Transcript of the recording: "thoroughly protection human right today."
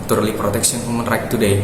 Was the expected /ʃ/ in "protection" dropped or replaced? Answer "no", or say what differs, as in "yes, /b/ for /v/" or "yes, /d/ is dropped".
yes, /s/ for /ʃ/